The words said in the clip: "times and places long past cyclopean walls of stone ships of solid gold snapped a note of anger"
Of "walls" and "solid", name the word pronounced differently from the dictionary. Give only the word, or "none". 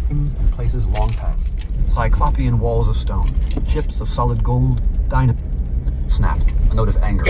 none